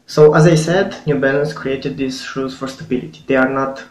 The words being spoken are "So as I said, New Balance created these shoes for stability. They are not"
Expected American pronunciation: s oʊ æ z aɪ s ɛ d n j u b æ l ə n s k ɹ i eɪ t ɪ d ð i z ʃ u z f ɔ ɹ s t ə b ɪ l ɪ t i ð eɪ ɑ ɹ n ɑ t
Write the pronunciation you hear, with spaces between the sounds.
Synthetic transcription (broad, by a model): s oʊ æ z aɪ s ɛ d n j u b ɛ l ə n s k ɹ i eɪ t ɪ d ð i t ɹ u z f ɔ ɹ s t ə b ɪ l ɪ t i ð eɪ ɑ ɹ n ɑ t